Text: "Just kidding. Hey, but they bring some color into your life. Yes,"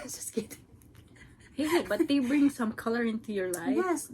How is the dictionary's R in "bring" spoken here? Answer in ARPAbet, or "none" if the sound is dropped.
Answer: R